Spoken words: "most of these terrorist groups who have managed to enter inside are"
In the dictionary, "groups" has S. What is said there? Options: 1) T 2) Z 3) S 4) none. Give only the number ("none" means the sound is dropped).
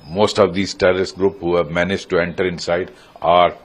4